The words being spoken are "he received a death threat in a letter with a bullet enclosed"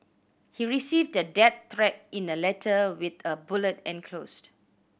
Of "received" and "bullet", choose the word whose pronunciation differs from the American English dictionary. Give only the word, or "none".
none